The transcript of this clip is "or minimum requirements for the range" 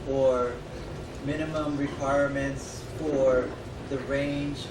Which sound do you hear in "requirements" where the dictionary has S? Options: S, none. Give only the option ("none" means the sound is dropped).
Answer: S